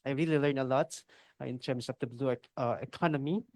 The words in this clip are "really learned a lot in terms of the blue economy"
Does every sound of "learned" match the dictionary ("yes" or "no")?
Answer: no